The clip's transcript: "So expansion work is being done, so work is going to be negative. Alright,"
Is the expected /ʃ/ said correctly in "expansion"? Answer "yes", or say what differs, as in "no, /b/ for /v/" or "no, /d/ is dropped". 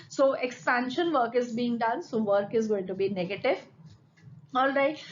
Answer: yes